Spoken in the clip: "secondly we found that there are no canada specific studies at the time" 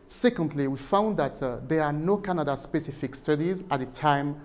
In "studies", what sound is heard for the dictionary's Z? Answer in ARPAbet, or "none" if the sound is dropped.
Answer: Z